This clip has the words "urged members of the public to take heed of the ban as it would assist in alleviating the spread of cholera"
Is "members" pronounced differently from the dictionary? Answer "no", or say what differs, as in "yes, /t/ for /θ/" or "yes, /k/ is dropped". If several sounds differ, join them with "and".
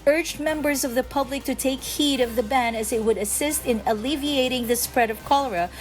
no